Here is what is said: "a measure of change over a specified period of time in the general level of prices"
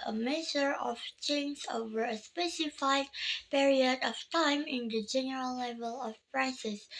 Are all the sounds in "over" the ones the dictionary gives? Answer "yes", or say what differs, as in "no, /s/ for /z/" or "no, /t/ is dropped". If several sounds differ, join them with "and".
yes